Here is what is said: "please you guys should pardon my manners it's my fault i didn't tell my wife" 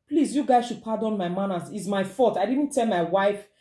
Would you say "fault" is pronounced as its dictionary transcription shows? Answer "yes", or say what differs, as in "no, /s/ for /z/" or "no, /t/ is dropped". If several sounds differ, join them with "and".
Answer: no, /l/ is dropped